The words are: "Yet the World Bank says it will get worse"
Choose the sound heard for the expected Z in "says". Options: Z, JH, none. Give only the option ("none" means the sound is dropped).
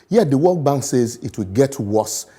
Z